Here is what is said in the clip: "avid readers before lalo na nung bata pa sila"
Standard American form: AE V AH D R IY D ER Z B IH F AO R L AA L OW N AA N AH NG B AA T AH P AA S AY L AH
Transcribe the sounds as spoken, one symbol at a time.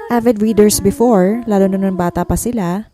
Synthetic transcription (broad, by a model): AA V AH D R IY D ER S B IH F AO R L AA L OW N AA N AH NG B AA T AH P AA S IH L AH